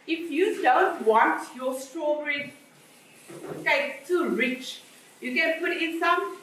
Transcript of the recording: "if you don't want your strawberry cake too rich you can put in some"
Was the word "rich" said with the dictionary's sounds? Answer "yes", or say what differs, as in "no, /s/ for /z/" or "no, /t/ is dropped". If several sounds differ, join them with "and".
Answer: yes